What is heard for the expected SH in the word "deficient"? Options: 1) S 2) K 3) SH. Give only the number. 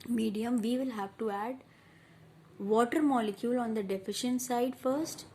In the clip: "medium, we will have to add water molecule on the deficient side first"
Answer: 3